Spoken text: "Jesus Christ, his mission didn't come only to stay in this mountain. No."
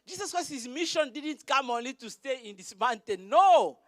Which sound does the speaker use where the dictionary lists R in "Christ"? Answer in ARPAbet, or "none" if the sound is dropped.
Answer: none